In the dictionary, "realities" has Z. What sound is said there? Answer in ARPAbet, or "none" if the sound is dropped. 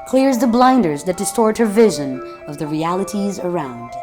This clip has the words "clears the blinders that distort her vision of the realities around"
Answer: Z